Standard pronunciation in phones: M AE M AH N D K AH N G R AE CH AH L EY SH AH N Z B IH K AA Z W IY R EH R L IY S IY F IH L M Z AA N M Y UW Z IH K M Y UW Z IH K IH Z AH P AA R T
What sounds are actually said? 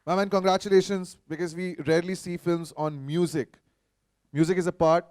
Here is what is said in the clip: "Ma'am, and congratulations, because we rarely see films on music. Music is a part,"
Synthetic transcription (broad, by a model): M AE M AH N K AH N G R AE CH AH L EY SH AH N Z B IH K AA Z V IY R EH R L IY S IY F IH L M Z AA N M Y UW Z IH K M Y UW Z IH K IH Z AH P AA R T